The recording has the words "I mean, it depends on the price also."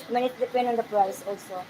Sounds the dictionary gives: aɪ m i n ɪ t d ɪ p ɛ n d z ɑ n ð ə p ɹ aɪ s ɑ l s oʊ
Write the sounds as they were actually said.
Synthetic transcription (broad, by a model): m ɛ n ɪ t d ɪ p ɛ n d ɑ n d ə p ɹ aɪ s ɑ l s oʊ